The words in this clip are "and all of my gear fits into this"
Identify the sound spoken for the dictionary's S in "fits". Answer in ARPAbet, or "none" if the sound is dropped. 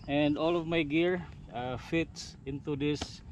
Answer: S